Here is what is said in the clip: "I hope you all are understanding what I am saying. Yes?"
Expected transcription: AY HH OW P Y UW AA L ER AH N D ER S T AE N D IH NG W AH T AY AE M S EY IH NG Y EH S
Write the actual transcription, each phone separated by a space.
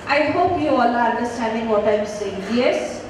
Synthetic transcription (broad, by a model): AY HH OW P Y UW AA L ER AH N D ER S T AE N D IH NG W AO T AY M S EY IH NG Y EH S